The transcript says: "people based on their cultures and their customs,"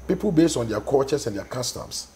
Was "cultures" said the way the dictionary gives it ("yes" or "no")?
no